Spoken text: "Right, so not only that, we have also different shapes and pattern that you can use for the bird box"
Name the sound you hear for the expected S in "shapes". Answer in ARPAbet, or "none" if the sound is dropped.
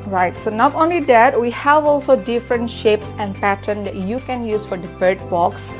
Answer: S